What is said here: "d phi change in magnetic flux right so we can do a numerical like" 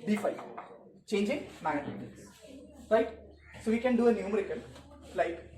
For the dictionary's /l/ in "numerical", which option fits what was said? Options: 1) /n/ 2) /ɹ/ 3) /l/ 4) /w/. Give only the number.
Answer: 1